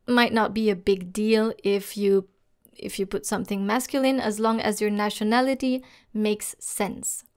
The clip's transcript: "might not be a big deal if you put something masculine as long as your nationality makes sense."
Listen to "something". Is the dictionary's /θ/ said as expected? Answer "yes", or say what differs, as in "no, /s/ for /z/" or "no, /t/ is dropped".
yes